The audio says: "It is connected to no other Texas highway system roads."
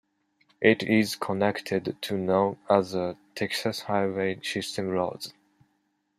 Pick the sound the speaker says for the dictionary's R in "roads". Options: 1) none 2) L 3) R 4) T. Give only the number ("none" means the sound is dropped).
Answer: 2